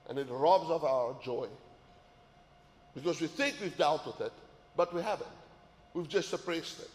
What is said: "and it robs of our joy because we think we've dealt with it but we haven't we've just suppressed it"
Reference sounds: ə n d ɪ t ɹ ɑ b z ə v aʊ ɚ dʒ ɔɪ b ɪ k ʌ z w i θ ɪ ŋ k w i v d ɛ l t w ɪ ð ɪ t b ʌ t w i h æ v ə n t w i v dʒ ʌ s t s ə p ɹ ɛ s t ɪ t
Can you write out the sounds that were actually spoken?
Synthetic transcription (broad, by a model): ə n ɪ t ɹ ɑ b z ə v aʊ ɚ dʒ ɔɪ b ɪ k ʌ z w i θ ɪ ŋ k w i v d ɛ l t w ɪ ð ɪ t b ʌ t w i h æ v ə n t w i v dʒ ʌ s t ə p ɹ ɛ s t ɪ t